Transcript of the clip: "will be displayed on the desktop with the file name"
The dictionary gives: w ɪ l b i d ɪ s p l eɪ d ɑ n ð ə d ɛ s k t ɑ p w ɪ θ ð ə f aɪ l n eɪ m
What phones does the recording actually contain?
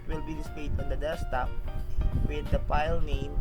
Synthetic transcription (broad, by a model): w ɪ l b i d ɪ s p eɪ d ɑ n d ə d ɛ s t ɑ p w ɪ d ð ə p aɪ l n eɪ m